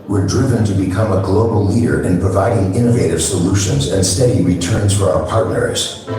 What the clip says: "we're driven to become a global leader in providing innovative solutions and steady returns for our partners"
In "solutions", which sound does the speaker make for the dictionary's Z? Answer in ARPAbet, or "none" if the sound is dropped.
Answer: Z